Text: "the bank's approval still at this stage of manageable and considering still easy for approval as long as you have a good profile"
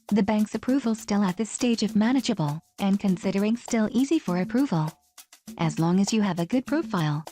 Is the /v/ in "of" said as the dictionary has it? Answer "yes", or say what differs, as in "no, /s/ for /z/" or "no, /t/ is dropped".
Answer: yes